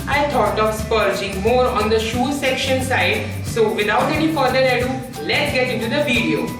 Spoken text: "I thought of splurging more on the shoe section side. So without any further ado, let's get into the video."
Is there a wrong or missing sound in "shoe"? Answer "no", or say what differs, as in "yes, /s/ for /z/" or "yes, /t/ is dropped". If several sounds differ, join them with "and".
no